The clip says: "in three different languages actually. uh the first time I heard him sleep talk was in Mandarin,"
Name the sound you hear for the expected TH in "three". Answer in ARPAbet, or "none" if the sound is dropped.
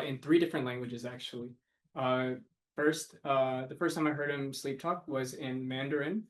TH